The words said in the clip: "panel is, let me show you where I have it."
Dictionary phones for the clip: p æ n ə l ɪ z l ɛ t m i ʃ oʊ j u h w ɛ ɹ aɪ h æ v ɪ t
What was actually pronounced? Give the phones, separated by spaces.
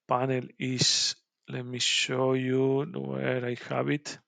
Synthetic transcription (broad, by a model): p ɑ n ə l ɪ s l ɛ t m i ʃ oʊ j u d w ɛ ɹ aɪ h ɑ b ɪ t